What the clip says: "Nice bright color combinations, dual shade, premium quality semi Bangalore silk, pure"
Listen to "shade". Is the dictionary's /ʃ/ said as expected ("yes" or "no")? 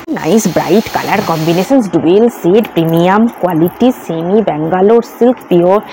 no